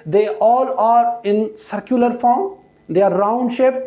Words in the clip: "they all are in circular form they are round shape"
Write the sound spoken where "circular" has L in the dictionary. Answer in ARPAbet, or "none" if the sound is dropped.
L